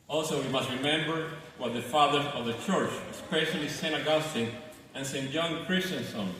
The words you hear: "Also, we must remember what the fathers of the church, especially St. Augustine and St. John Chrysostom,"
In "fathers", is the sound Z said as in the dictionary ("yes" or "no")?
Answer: no